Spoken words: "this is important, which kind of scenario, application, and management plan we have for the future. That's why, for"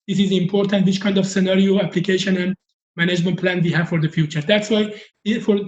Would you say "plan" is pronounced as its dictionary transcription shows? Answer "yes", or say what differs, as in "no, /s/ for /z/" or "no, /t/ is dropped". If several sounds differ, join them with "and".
yes